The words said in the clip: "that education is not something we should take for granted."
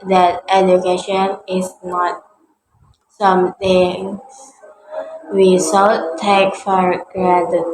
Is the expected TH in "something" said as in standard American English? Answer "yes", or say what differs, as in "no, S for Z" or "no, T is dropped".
no, T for TH